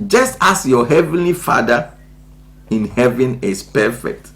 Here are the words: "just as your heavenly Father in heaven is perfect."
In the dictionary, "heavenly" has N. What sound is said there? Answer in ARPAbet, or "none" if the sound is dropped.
N